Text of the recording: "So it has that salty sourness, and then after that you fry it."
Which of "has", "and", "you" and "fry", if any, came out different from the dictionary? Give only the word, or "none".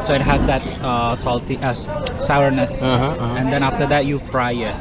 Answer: none